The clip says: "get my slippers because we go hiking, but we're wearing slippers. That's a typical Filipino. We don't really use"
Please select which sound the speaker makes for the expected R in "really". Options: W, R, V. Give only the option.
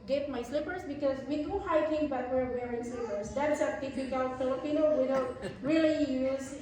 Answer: R